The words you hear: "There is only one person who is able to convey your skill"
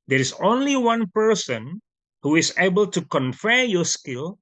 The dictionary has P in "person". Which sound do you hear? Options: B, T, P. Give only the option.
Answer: P